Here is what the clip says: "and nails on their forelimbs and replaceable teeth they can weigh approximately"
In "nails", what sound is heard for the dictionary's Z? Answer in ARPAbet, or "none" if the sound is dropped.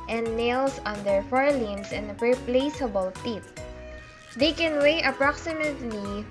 S